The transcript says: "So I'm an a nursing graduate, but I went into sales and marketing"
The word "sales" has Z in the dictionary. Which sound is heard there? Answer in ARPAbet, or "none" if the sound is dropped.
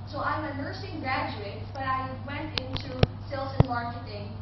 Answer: S